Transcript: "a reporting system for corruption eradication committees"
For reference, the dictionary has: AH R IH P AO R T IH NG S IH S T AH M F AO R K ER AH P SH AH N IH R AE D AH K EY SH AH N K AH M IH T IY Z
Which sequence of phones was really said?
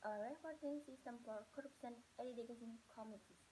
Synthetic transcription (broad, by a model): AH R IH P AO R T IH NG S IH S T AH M P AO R K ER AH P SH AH N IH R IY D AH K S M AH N K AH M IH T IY